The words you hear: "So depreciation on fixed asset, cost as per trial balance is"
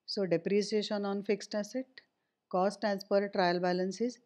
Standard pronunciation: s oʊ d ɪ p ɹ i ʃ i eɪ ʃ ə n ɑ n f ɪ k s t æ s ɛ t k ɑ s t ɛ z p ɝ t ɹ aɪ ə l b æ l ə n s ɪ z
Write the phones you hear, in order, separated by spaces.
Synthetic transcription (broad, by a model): s oʊ d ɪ p ɹ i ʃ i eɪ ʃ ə n ɑ n f ɪ k s t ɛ s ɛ t k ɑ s t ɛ s p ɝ t ɹ aɪ ə l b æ l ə n s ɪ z